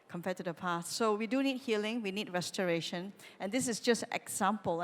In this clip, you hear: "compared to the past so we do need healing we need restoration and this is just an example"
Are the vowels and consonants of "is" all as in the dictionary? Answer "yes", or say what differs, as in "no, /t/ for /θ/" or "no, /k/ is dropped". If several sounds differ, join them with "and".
no, /s/ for /z/